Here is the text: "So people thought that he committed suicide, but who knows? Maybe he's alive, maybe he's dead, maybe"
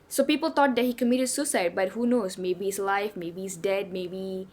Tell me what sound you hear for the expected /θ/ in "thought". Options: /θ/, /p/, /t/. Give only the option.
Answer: /t/